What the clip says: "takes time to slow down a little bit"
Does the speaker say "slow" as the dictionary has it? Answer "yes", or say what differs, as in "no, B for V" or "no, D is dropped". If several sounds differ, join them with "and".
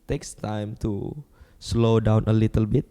yes